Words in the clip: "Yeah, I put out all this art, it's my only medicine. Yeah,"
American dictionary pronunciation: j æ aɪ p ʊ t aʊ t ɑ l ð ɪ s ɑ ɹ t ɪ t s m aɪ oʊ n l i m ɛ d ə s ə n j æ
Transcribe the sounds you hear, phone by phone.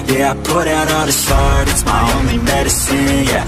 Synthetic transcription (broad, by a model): j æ aɪ p ʊ t aʊ t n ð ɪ ʃ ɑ ɹ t ɪ t s m aɪ oʊ n l i m ɛ d ə s ə n j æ